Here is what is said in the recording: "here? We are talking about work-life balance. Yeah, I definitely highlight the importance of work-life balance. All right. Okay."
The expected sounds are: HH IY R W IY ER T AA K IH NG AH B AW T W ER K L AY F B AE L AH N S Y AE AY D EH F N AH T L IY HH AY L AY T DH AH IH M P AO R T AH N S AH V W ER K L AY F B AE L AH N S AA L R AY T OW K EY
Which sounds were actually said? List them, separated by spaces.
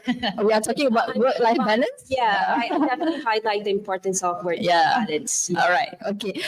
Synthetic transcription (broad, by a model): W IY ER T AA K IH NG AH B AW T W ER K L AY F B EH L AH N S Y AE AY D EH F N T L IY HH AY L AY T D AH IH M P AO R T AH N S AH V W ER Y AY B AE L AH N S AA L R AY T OW K EY